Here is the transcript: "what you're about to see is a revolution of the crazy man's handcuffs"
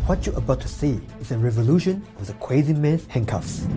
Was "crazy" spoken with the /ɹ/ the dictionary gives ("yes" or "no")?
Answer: no